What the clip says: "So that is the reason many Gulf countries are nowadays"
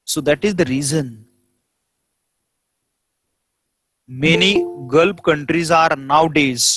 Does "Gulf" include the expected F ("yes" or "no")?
no